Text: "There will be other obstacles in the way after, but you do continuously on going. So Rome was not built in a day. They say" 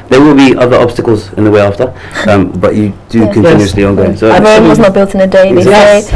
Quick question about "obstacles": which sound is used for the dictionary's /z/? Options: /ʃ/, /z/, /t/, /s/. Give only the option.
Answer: /z/